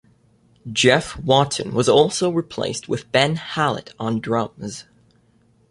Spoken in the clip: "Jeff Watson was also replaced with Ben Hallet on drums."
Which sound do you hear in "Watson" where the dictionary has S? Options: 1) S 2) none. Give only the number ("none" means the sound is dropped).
2